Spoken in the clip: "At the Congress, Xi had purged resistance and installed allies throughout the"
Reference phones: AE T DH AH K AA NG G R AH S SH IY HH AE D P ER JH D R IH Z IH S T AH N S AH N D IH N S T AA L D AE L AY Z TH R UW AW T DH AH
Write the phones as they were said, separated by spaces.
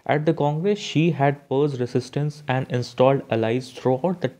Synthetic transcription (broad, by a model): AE T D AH K AA NG G R AH S SH IY HH AE D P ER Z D R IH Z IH S T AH N S AH N D IH N S T AA L D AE L AY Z T R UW AW T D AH